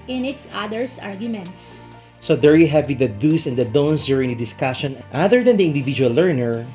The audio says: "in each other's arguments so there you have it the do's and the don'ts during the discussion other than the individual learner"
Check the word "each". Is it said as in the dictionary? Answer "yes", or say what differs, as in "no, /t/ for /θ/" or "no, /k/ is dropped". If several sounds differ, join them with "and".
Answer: no, /s/ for /tʃ/